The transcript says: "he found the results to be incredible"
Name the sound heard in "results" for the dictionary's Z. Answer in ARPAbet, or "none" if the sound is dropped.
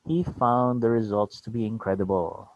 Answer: Z